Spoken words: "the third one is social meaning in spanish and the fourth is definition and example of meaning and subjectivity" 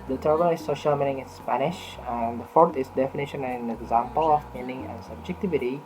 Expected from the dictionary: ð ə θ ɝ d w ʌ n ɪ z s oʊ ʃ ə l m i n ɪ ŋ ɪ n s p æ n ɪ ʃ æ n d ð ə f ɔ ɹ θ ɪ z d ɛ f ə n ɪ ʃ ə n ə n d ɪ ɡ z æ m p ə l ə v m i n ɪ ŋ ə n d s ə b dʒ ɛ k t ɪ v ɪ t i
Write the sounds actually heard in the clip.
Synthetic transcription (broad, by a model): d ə t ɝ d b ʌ l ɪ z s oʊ ʃ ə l m i n ɪ ŋ ɪ n s p æ n ɪ ʃ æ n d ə f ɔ ɹ t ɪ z d ɛ f ə n ɪ ʃ ə n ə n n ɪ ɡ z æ m p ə l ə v m i n ɪ ŋ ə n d s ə b dʒ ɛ k t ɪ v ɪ t i